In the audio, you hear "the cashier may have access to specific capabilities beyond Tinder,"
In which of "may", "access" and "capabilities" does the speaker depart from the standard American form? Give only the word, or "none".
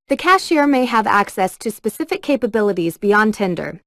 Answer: none